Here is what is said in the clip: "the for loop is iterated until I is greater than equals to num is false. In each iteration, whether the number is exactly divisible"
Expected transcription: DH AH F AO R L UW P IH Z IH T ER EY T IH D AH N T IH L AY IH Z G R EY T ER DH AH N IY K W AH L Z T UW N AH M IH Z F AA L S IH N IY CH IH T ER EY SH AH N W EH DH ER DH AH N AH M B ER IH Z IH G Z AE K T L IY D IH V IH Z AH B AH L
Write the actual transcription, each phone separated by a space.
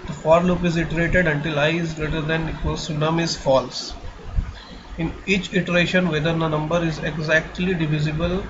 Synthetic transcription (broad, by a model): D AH F AO R L UW P IH Z IH T ER EY T IH D AH N T IH L AY IH Z G R EY T ER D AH N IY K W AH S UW N AH M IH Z F AA L S IH N IY CH IH T ER EY SH AH N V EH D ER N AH N AH M B ER IH Z IH G Z AE K T L IY D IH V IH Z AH B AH L